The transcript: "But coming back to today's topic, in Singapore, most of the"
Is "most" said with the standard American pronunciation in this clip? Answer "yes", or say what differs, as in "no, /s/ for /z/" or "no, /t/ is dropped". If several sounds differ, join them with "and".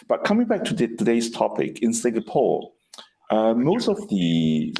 yes